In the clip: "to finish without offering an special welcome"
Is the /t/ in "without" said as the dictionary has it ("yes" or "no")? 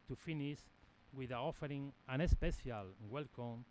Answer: no